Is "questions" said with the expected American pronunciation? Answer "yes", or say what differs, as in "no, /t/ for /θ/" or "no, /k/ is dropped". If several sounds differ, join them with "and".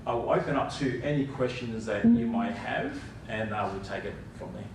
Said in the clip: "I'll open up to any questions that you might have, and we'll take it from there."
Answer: yes